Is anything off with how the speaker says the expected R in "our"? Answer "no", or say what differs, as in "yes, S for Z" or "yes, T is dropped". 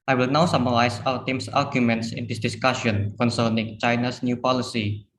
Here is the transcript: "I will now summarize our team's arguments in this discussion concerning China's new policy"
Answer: yes, L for R